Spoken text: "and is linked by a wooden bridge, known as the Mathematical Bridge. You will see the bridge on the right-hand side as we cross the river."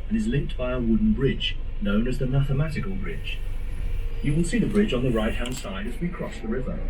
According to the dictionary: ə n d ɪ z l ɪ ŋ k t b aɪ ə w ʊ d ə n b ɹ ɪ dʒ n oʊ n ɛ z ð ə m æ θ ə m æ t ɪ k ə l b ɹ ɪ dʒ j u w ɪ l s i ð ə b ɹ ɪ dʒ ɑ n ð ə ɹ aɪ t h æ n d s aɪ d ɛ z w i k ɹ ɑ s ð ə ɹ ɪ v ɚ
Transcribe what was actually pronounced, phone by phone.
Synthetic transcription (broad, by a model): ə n ɪ z l ɪ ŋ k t b aɪ ə w ʊ d n b ɹ ɪ dʒ n oʊ n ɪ z ð ə m æ θ ə m æ t ɪ k ə l b ɹ ɪ dʒ j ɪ w ɪ l s i ð ə b ɹ ɪ dʒ n ð ə ɹ aɪ t h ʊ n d s aɪ d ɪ z w i k ɹ ɑ s ð ə ɹ ɪ v ɚ